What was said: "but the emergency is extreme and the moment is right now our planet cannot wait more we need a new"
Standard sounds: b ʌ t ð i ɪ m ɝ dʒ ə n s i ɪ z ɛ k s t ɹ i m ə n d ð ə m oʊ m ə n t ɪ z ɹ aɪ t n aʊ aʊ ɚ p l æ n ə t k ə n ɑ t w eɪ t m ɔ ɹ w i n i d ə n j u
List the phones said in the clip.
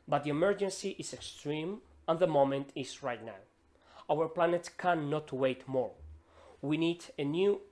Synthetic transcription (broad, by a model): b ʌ t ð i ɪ m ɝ dʒ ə n s i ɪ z ɛ k s t ɹ i m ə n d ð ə m oʊ m ə n t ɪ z ɹ aɪ t n aʊ aʊ ɚ p l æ n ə t k ə n ɑ t w eɪ t m ɔ ɹ w i n i d ə n j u